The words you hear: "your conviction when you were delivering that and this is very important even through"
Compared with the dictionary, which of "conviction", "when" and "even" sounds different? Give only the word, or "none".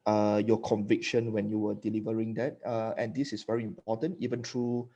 none